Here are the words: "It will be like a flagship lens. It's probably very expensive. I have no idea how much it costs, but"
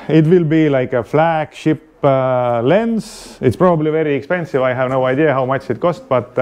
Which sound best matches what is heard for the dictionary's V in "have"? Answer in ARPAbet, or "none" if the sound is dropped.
V